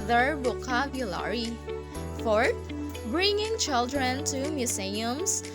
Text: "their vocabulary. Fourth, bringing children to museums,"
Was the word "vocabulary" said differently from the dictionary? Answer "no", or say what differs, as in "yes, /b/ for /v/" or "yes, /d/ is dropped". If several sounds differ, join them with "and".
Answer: yes, /b/ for /v/